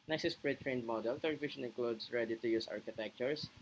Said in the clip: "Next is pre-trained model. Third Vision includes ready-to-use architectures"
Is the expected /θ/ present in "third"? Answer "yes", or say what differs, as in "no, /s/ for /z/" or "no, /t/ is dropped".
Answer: no, /t/ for /θ/